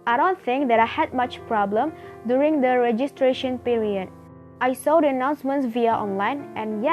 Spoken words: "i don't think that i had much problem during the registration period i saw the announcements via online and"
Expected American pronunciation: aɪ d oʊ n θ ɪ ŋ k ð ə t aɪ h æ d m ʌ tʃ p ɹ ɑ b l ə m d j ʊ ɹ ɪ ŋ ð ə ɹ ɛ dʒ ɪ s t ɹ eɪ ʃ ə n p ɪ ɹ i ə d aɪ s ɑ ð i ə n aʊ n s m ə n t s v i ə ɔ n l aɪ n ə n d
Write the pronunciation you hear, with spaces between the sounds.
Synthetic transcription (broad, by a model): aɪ d oʊ n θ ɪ ŋ k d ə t aɪ h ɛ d m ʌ tʃ p ɹ ɑ b l ə m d j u ɹ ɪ ŋ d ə ɹ ɛ dʒ ɪ s t ɹ eɪ ʃ ə n p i ɹ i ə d aɪ s ɑ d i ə n aʊ n s m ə n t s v i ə ɔ n l aɪ n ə n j